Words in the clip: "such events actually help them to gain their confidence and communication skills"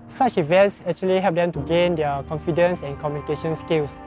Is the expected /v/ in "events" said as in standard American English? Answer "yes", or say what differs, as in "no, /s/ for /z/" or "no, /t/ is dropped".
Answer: yes